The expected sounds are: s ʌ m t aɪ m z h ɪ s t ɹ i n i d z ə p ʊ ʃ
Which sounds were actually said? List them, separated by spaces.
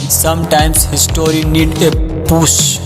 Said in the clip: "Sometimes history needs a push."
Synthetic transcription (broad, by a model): s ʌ m t aɪ m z h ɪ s t ɹ i n i d ə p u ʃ